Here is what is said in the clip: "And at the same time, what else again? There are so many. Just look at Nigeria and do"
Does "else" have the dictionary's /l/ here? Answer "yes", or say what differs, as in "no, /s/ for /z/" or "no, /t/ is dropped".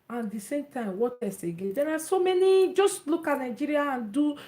no, /l/ is dropped